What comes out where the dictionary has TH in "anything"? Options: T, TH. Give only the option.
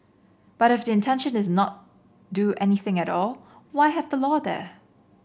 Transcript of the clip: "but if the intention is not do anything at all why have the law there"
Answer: TH